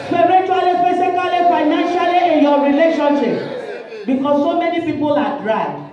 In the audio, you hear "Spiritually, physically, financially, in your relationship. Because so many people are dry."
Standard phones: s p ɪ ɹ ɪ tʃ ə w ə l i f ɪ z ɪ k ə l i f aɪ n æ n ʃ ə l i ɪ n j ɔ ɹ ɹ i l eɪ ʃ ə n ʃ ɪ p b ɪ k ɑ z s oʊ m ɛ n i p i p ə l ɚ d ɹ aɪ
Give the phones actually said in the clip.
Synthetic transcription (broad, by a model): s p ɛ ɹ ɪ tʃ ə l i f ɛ s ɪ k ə l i f aɪ n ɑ n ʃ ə l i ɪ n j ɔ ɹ ɹ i l eɪ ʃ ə n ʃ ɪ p b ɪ k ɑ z s oʊ m ɛ n i p i p ə l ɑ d ɹ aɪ